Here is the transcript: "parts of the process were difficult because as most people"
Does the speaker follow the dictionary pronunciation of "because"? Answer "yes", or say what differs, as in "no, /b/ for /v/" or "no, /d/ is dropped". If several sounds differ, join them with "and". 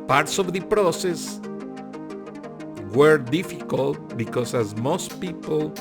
no, /s/ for /z/